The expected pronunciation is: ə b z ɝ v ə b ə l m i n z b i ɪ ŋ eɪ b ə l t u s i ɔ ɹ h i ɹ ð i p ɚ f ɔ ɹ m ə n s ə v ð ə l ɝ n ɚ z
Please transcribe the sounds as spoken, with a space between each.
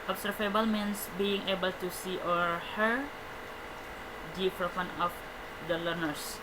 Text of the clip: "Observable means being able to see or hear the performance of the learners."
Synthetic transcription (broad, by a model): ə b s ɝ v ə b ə l m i n s b i ɪ ŋ eɪ b ə l t u s i ɔ ɹ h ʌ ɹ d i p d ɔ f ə n ə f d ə l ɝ n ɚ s